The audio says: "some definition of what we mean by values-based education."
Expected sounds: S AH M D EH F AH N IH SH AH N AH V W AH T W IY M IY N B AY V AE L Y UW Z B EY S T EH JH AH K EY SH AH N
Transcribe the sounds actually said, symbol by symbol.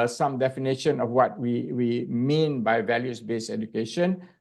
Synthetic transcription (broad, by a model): S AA M D EH F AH N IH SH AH N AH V W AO T W IY M IY N B AY V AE L Y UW S B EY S EH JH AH K EY SH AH N